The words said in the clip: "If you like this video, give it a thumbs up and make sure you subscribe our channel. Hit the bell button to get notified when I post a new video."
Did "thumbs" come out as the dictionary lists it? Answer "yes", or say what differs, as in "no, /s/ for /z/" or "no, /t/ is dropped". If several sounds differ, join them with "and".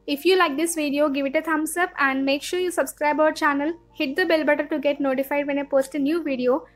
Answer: no, /t/ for /θ/ and /s/ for /z/